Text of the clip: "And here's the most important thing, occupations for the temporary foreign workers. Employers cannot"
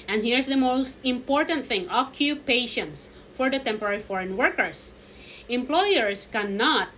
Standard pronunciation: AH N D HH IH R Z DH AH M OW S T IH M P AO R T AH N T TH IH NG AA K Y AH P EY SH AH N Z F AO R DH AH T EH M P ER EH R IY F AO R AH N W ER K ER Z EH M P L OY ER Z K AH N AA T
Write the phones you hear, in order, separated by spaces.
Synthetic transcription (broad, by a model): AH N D HH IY R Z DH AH M OW S T IH M P AO R T AH N T TH IH NG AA K Y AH P EY SH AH N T F AO R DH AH T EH M P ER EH R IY F AO R AH N W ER K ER S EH M P L OY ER S K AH N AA T